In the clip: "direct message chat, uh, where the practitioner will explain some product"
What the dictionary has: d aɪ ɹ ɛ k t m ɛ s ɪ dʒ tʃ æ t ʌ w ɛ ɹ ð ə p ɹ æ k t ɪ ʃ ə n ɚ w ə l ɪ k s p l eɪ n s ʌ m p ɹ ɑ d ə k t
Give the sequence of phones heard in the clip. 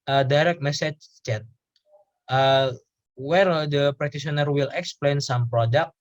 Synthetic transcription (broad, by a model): d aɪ ɹ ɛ k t m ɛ s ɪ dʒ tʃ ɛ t ʌ w ɛ ɹ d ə p ɹ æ t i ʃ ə n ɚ w ə l ɪ k s p l eɪ n s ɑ m p ɹ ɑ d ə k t